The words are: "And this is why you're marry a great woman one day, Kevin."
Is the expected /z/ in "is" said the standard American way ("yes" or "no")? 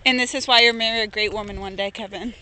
yes